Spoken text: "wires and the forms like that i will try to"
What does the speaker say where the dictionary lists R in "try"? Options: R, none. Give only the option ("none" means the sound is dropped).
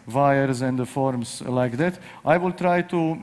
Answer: R